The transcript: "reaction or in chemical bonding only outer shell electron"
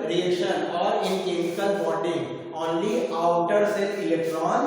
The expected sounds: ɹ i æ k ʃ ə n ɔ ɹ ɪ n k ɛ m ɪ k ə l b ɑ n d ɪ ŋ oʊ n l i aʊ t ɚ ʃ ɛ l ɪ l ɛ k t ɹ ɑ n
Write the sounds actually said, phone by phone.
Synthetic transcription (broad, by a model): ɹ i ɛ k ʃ ə n ɔ ɹ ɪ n k ɛ m ɪ k ə l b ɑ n d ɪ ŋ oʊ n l i aʊ t ɚ s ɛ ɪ l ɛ k t ɹ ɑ n